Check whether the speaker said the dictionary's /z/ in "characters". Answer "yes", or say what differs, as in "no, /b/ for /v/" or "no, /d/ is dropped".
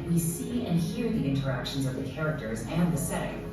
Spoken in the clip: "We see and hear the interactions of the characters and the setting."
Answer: yes